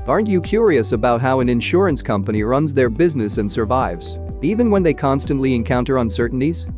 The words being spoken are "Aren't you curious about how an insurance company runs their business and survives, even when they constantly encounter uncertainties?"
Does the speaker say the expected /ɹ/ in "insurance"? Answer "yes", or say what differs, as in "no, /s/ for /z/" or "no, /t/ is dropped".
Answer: yes